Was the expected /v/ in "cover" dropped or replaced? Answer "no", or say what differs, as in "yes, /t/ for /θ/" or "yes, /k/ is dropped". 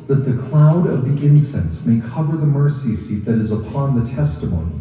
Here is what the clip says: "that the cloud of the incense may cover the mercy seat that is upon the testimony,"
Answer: no